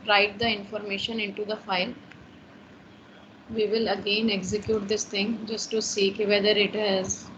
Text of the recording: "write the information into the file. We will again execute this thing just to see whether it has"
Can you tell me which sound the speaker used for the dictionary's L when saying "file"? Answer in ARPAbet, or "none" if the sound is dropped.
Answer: L